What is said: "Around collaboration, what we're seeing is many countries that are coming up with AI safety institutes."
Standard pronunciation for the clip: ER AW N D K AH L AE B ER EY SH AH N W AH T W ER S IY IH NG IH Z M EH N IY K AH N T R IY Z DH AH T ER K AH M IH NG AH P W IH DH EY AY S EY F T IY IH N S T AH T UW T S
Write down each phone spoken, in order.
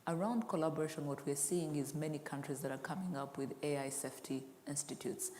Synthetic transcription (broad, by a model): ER AW N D K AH L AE B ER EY SH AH N W AH T W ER S IY IH NG IH Z M EH N IY K AH N T R IY Z DH AH T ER K AH M IH NG AH P W IH DH EY AY S EY F T IY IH N S T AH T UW T S